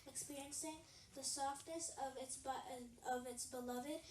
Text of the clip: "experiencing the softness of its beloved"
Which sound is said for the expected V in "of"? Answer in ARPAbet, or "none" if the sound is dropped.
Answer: V